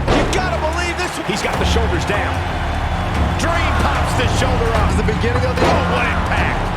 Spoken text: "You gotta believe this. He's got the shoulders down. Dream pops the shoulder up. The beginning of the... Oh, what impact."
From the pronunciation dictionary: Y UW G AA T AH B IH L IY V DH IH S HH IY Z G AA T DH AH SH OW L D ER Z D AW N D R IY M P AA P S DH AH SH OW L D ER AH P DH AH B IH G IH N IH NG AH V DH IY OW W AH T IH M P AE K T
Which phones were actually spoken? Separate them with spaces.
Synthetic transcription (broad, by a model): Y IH G AA T AH B IH L IY V DH IH S HH IY Z G AA T DH AH SH OW L D ER Z D AW N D R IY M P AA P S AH SH OW L D ER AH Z DH AH B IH G IH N IH NG AH V DH IY OW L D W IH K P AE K